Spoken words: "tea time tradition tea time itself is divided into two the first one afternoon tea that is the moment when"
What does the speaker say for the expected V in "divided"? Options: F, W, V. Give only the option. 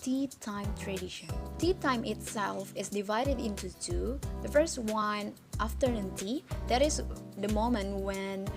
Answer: V